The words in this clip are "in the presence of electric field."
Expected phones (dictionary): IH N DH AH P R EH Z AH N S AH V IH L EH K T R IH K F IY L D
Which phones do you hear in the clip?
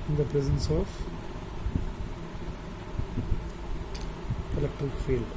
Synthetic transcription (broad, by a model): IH N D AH P R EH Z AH N S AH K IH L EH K T IH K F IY L